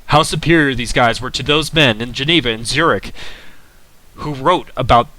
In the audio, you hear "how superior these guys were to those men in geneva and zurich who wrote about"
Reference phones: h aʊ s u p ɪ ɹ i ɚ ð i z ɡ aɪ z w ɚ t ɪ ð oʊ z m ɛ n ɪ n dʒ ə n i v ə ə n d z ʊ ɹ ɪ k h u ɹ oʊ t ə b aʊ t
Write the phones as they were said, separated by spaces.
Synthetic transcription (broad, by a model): h aʊ s u p ɪ ɹ i ɚ ð i z ɡ aɪ z w ɚ t ɪ ð oʊ z m ɛ n ɪ n dʒ ə n i v ə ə n z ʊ ɹ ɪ k h u ɹ oʊ t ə b aʊ t